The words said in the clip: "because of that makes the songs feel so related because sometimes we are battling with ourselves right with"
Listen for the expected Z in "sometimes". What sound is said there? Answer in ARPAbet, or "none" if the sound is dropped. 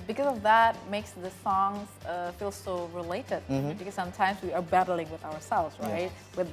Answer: Z